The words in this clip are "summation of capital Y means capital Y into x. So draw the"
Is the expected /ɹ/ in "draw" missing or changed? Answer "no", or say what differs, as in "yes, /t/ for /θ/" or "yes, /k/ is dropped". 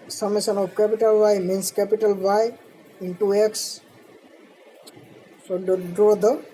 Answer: no